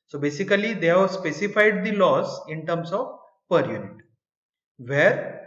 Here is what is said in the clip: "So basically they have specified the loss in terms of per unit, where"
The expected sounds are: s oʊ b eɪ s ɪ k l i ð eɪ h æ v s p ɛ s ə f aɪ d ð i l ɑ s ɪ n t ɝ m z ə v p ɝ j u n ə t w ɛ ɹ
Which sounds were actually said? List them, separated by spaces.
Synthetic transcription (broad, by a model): s oʊ b eɪ s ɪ k l i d eɪ h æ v s p ɛ s ə f aɪ d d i l ɑ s ɪ n t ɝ m s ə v p ɝ j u n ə t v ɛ ɹ